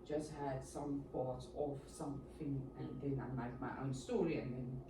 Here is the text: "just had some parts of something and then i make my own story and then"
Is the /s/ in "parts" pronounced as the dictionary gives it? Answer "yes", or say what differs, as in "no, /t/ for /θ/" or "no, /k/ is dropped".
no, /s/ is dropped